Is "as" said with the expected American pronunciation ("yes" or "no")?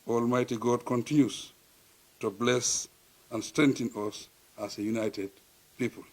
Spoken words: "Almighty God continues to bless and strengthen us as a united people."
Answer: no